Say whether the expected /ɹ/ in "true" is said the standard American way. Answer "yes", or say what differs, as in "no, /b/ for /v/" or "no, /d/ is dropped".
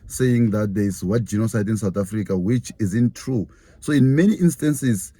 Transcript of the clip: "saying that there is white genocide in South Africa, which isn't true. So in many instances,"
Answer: yes